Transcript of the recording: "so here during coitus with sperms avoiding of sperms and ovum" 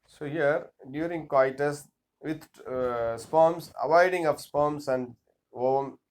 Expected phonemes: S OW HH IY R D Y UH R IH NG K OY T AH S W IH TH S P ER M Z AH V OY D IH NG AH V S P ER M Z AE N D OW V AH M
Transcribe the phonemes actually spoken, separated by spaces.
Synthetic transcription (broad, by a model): S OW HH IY R D Y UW R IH NG K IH T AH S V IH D S P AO M S AH V OY D IH NG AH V S P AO M S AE N D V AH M